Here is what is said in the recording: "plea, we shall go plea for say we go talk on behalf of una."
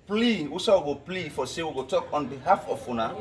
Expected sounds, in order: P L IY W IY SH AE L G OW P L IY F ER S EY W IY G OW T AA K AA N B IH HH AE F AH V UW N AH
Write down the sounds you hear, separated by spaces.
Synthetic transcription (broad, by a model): P L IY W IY S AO W G OW P L IY F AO S EY W IY G OW T AA K AA N B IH HH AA F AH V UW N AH